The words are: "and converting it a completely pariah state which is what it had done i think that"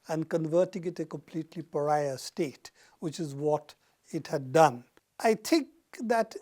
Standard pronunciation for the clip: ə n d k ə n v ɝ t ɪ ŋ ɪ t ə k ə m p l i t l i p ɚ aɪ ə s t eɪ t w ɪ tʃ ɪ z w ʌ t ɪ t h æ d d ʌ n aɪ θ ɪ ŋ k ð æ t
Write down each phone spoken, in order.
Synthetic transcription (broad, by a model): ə n d k ə n v ɝ t ɪ ŋ ɪ t ə k ə m p l i t l i p ɚ aɪ ə s t eɪ t w ɪ tʃ ɪ z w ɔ t ɪ t h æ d d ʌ n aɪ t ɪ ŋ k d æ t